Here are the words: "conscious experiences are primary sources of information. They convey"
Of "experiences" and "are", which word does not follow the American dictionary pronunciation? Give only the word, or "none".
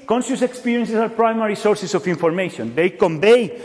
experiences